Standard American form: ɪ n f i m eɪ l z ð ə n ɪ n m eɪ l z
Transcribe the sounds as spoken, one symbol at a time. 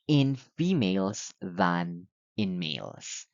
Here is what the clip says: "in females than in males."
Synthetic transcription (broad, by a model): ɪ n f i m eɪ l z ð ə n ɪ n m eɪ l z